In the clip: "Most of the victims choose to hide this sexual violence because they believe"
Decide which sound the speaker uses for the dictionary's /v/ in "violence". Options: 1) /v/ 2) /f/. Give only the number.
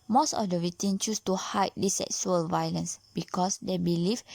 1